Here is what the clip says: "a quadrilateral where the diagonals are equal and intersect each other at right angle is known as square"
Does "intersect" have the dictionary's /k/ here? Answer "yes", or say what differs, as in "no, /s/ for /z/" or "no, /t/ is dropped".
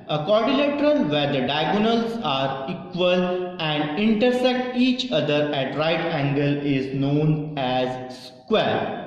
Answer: yes